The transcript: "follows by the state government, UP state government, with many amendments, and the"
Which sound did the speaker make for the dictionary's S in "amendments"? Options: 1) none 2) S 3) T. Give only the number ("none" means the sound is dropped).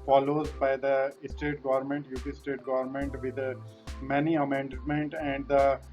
1